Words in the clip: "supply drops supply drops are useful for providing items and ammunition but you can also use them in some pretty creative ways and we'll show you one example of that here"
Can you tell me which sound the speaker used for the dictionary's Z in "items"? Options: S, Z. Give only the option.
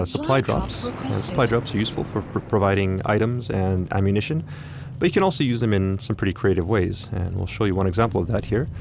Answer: Z